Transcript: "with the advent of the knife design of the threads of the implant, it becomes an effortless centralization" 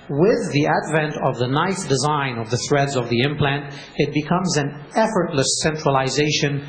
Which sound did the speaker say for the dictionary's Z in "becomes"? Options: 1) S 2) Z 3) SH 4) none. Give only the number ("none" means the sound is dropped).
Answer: 2